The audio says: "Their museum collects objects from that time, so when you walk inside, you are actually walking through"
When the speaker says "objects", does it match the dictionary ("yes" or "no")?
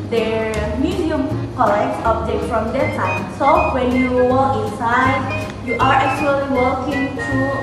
no